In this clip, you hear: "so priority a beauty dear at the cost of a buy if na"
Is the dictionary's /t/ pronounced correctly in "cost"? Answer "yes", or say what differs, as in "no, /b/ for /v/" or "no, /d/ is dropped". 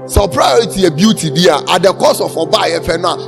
no, /t/ is dropped